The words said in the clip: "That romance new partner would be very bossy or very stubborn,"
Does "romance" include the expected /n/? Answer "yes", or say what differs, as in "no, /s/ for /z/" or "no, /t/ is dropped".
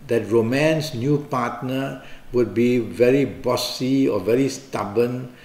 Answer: yes